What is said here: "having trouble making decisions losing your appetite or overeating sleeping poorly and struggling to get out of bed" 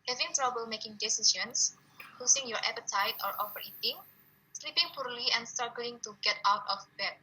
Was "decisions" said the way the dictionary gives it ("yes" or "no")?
no